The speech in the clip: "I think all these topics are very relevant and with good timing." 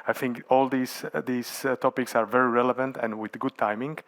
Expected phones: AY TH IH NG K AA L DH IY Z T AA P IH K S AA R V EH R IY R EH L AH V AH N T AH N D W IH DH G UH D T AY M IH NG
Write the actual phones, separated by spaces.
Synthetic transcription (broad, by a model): AY TH IH NG K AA L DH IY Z T AA P IH K S AA R V EH R IY R EH L AH V AH N T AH N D W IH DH G UH D T AY M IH NG